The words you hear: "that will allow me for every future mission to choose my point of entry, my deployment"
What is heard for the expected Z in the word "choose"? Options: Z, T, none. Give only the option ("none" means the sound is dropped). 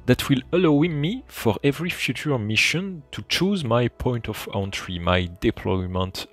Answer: Z